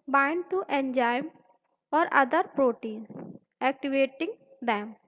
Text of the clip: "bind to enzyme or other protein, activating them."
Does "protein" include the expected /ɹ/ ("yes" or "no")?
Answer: yes